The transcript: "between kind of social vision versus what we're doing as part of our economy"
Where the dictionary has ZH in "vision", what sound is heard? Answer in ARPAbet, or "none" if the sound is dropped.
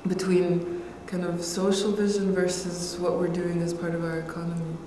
ZH